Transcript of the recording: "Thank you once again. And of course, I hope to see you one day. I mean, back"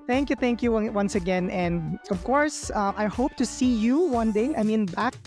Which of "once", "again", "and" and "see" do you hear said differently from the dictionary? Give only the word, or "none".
none